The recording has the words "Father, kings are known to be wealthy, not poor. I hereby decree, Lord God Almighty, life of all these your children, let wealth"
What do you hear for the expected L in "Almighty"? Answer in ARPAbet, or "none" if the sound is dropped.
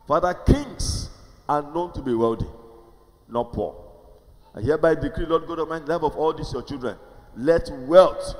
none